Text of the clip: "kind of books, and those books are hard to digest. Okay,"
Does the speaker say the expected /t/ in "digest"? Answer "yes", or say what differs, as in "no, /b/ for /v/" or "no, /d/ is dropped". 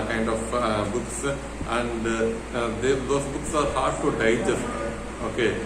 no, /t/ is dropped